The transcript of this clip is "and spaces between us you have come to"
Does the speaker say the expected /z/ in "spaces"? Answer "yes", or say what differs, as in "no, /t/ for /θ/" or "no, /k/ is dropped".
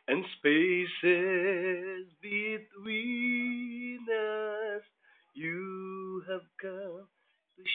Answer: yes